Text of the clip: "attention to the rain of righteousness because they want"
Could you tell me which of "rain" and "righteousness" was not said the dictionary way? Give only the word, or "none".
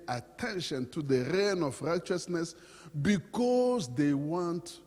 none